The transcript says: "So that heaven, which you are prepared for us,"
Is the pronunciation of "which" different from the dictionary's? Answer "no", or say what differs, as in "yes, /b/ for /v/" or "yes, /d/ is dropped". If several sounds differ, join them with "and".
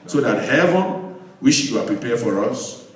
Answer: yes, /ʃ/ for /tʃ/